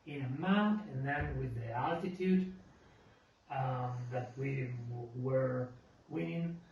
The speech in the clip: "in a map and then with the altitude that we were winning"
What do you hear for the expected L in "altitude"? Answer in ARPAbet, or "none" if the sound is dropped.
L